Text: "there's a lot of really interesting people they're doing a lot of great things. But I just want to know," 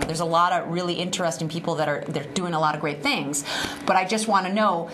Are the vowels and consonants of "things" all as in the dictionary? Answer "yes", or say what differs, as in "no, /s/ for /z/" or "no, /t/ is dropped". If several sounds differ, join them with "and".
yes